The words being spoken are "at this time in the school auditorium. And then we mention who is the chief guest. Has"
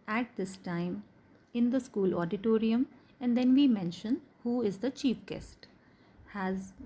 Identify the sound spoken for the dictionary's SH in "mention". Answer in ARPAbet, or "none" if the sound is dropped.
SH